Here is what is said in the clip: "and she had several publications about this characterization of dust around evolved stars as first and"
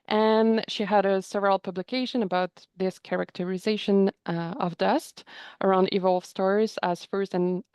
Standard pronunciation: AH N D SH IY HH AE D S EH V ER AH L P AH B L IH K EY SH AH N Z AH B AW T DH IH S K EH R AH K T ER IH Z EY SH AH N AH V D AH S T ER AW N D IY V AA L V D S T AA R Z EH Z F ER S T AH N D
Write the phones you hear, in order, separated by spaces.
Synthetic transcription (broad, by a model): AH N SH IY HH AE D S EH V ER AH L P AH B L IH K EY SH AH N AH B AW T DH IH S K EH R AH K T ER IH Z EY SH AH N AH V D AH S T ER AW N D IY V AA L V S T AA R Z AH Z F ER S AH N